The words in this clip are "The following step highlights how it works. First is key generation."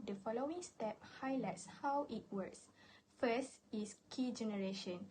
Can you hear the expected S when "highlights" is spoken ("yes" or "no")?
yes